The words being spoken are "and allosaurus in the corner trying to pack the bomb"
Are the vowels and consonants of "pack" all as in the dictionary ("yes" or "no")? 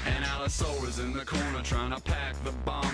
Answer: yes